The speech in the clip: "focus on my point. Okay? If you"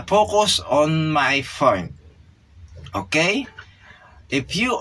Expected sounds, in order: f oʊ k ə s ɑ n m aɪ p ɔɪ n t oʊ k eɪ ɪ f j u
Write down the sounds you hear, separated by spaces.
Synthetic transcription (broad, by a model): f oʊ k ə s ɑ n m aɪ f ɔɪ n oʊ k eɪ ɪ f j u